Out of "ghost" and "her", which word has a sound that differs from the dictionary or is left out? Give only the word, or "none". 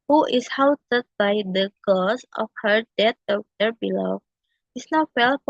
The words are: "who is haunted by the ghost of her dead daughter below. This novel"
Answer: ghost